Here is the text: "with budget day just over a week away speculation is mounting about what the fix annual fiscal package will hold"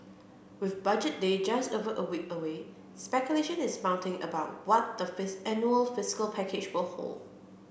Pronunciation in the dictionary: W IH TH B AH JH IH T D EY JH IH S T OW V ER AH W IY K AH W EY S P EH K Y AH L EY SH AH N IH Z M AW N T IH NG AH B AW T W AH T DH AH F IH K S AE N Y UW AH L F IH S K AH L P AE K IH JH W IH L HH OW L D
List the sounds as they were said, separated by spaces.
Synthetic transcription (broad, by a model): W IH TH B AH JH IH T D EY JH IH S T OW V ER AH W IY K AH W EY S P EH K Y AH L EY SH AH N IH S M AW N T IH NG AH B AW T W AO T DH AH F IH S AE N Y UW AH L F IH S K AH L P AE K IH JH W IH L HH OW L D